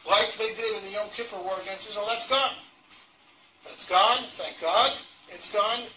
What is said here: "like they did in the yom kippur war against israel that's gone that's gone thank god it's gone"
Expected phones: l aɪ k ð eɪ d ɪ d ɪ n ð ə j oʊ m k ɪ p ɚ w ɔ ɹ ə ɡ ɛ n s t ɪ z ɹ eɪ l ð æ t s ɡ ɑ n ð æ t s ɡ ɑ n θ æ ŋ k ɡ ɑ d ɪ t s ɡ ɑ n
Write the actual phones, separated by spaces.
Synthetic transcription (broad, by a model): l aɪ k ð eɪ d ɪ d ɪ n ð ə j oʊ k ɪ p ɚ w ɔ ɹ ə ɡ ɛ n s ɪ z w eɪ l ð æ t s ɡ ɑ n ð æ t s ɡ ɑ n θ æ ŋ k ɡ ɑ d ɪ t s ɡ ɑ n